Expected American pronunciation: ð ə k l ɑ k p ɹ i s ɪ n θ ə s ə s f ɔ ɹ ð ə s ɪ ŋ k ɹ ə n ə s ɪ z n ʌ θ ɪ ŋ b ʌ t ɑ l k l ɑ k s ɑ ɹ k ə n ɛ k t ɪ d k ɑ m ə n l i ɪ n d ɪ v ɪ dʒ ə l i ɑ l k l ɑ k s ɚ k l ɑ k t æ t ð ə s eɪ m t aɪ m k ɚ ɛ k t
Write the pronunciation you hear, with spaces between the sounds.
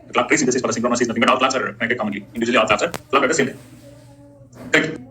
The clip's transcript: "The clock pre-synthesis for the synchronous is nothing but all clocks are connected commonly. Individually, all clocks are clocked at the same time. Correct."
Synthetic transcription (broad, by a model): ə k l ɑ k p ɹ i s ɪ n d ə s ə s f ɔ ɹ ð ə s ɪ k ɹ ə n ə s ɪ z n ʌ t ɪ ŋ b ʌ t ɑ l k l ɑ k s ɑ ɹ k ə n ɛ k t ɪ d k ɑ m ə n l i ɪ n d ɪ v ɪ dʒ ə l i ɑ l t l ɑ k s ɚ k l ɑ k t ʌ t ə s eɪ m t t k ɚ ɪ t